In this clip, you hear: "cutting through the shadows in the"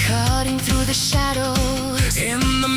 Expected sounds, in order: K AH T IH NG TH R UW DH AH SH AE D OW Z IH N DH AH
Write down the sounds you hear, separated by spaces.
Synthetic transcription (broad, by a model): K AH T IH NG TH R UW DH AH SH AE D OW IH N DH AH